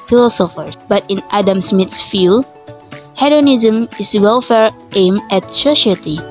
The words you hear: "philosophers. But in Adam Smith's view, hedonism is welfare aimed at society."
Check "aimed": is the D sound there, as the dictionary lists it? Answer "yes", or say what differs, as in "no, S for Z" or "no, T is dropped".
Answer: no, D is dropped